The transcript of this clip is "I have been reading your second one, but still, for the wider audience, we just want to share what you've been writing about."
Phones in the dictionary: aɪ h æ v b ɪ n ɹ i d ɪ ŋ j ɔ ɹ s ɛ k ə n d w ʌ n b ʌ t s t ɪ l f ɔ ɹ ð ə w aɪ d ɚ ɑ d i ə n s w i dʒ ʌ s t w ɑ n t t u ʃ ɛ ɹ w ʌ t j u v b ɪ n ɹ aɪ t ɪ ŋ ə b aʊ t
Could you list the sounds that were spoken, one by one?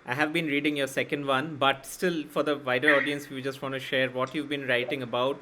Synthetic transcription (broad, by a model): aɪ h æ v b ɪ n ɹ i d ɪ ŋ j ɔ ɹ s ɛ k ə n d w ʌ n b ʌ t s t ɪ l f ɔ ɹ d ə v aɪ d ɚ ɑ d i ə n s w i dʒ ʌ s t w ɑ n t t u ʃ ɛ ɹ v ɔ t j u v b ɪ n ɹ aɪ t ɪ ŋ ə b aʊ t